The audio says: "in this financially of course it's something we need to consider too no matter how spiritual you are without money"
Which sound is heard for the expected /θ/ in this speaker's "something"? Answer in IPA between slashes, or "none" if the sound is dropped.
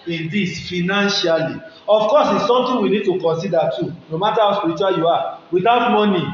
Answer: /t/